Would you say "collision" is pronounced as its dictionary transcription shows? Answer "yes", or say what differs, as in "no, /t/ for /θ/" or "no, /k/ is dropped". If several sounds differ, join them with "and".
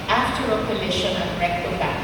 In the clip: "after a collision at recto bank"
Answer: no, /ʃ/ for /ʒ/